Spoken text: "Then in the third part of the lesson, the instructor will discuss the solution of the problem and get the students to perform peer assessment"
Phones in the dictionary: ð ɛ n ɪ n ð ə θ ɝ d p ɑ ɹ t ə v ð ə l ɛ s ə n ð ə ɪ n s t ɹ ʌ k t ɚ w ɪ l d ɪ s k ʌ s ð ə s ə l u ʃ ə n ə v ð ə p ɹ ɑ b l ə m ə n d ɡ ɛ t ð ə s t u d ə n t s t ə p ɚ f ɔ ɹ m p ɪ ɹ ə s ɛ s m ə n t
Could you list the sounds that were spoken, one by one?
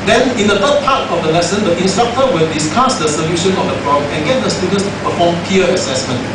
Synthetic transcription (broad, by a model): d ɛ n ɪ n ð ə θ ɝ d p ɑ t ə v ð ə l ɛ s ə n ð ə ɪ n s t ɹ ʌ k t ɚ w ɪ l d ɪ s k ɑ s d ə s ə l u ʃ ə n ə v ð ə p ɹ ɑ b ə ə n ɡ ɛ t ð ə s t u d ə n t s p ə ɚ f ɔ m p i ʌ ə s ɛ s m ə n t